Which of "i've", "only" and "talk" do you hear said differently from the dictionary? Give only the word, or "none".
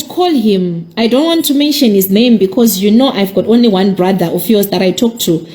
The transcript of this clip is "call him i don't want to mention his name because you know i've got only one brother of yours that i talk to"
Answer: none